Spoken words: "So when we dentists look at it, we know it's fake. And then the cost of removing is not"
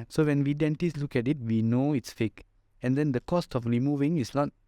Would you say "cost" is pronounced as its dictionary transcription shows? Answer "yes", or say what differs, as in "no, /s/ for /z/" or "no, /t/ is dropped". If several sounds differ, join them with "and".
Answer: yes